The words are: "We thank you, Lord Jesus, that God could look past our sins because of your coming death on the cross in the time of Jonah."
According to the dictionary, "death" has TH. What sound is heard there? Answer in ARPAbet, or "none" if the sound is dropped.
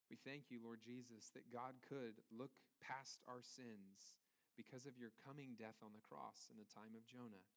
TH